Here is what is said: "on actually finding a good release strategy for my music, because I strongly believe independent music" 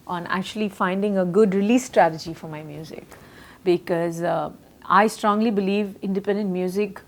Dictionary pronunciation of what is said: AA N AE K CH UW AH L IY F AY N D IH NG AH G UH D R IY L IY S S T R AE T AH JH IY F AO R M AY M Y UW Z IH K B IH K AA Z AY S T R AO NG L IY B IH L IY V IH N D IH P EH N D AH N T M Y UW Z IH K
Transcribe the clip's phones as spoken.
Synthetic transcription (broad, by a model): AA N AE K CH UW AH L IY F AY N D IH NG AH G UH D R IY L IY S S T R AE T AH JH IY F AO R M AY M Y UW Z IH K B IH K AA Z AY S T R AO NG L IY B IH L IY V IH N D IH P EH N D AH N T M Y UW Z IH K